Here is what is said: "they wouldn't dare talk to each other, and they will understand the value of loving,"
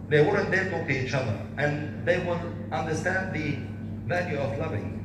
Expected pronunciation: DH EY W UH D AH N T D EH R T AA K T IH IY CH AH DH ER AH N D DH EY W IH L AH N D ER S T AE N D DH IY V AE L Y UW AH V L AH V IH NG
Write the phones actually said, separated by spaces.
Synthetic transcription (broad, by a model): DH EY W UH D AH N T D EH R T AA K T IH IY CH AH DH ER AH N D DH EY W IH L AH N D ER S T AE N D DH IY V AE L Y UW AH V L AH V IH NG